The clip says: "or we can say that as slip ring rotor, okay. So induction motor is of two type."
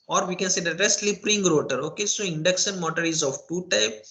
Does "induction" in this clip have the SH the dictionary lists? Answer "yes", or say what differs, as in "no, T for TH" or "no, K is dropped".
no, S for SH